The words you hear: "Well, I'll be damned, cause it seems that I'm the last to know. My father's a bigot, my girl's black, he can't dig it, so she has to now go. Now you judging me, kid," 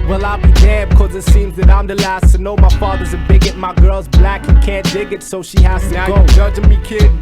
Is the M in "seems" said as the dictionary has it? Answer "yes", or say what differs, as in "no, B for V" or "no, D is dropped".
yes